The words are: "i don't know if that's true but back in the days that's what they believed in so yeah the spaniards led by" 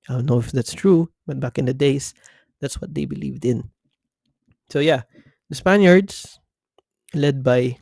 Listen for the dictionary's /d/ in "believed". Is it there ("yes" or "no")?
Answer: yes